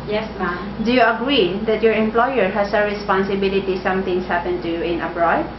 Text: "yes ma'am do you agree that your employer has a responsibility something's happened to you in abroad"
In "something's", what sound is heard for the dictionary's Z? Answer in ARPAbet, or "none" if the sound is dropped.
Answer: S